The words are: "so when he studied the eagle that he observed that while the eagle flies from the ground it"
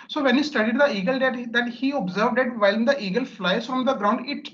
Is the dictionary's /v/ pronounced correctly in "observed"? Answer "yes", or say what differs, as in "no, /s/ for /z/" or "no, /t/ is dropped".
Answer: yes